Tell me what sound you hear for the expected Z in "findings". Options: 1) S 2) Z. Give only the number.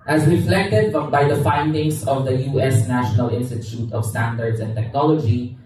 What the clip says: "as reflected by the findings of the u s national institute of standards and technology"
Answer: 1